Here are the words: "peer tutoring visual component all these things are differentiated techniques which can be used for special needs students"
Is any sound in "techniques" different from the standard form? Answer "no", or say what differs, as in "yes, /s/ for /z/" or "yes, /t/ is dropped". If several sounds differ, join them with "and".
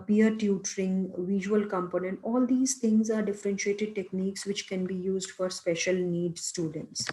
no